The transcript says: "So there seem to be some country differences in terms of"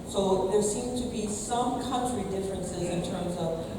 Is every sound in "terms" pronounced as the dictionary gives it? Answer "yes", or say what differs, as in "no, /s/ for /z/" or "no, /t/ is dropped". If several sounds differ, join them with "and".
yes